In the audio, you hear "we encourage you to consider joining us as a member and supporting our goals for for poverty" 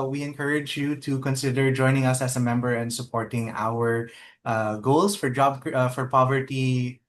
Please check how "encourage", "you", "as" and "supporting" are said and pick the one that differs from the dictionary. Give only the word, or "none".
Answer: as